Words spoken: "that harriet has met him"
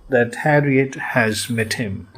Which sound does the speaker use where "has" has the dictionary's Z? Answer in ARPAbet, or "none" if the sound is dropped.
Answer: Z